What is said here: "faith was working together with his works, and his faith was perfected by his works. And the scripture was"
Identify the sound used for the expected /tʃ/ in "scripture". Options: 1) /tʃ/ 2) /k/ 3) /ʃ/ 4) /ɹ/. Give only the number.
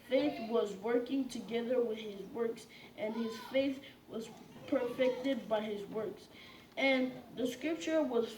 1